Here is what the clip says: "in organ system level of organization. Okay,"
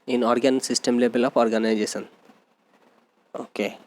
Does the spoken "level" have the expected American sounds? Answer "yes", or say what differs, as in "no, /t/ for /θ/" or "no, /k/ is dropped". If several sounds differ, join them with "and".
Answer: no, /b/ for /v/